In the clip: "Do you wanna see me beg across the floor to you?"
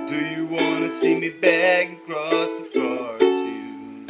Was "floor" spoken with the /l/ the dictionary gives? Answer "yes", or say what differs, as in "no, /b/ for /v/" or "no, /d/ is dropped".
no, /l/ is dropped